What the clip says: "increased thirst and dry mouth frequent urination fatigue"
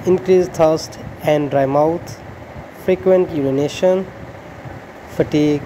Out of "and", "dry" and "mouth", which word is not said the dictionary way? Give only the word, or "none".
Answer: mouth